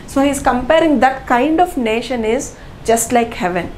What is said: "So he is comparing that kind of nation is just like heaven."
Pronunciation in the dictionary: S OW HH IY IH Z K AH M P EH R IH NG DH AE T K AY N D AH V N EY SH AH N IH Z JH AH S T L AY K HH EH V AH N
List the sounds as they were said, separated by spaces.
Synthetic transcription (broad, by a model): S OW HH IY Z K AH M P EH R IH NG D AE T K AY N D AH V N EY SH AH N IH Z JH AH S T L AY K HH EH V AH N